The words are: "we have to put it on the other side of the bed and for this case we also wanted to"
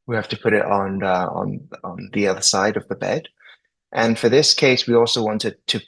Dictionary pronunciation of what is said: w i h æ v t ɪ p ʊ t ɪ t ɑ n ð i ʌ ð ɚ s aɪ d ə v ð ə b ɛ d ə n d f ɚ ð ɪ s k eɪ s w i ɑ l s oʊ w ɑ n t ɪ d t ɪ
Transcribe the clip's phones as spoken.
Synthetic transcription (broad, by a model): w i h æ f t ɪ p ʊ t ɪ t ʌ n ð i ʌ ð ɚ s aɪ d ə v ð ə b ɛ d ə n f ɚ ð ɪ s k eɪ s w i ɑ l s oʊ w ɑ n t ɪ d t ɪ